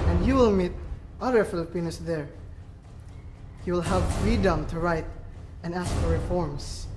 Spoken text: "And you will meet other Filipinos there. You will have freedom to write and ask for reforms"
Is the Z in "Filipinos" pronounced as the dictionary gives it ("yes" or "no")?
no